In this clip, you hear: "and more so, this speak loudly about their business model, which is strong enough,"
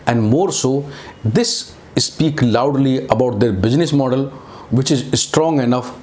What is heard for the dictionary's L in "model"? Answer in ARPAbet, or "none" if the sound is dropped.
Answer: L